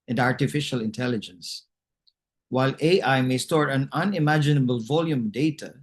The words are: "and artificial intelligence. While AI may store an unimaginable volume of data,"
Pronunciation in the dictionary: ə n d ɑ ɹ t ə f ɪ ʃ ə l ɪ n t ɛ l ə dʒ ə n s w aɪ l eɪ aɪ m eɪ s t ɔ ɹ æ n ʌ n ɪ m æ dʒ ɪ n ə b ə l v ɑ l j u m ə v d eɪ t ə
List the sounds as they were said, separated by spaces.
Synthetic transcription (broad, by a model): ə n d ɑ ɹ t ə f ɪ ʃ ə l ɪ n t ɛ l ə dʒ ə n s w aɪ l eɪ aɪ m eɪ s t ɔ ɹ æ n ʌ n ɪ m æ dʒ ɪ n ə b ə l v ɑ l j u m d eɪ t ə